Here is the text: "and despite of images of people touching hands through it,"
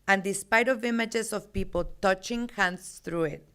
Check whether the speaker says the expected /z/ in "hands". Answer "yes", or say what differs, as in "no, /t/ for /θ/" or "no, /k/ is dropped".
no, /s/ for /z/